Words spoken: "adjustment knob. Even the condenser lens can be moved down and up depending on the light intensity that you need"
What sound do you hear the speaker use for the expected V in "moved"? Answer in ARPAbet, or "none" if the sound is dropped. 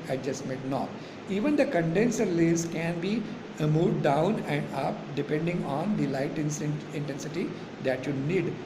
none